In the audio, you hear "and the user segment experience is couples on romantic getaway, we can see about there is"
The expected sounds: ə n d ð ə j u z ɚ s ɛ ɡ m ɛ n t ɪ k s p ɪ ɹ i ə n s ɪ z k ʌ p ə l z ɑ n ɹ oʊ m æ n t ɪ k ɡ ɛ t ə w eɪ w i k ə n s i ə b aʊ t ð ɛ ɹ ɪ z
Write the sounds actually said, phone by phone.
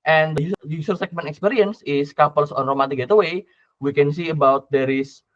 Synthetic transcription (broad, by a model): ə n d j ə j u s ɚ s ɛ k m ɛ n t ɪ k s p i ɹ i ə n s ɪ s k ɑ p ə l s ɑ n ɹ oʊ m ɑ t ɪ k ɡ ɛ t ə w eɪ w i k ə n s i ə b aʊ t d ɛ ɹ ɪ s